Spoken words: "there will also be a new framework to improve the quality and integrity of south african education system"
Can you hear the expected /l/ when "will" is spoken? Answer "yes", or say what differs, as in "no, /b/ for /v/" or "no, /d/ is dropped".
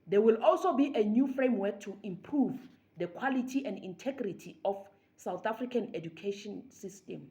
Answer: yes